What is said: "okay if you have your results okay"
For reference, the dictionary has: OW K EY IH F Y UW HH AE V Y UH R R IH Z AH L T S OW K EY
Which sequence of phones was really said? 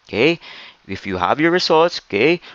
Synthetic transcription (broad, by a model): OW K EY IH F Y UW HH AE V Y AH R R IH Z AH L T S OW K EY